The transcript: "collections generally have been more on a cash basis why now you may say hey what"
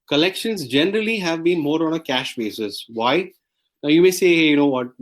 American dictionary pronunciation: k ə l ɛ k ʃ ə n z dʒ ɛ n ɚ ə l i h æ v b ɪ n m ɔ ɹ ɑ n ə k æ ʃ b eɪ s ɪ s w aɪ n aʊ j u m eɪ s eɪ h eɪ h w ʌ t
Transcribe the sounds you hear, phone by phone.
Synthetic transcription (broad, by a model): k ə l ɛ k ʃ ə n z dʒ ɛ n ɚ ə l i h æ v b ɪ n m ɔ ɹ ɑ n ə k æ ʃ b eɪ s ɪ s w aɪ n aʊ j u m eɪ s eɪ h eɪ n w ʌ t